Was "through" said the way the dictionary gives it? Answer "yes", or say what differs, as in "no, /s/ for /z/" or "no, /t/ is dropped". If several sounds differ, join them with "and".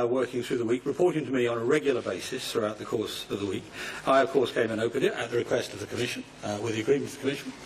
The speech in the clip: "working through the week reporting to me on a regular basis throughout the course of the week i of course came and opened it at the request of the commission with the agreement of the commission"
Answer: yes